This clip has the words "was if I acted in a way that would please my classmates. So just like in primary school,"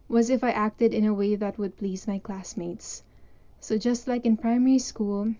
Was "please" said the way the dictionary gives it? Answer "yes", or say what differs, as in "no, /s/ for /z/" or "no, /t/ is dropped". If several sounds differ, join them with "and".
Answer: yes